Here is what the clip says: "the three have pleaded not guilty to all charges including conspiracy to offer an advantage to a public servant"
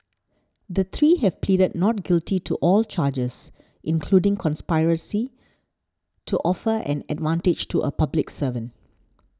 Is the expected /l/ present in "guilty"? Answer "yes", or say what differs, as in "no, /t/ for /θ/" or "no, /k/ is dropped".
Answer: yes